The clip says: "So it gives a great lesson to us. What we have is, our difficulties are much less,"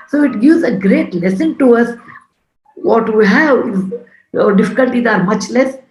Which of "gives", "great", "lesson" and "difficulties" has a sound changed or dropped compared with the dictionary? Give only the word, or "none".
gives